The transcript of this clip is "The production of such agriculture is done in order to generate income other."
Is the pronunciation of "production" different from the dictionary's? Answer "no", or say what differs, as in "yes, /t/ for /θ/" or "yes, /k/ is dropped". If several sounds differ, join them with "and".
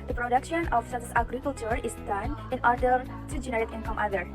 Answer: no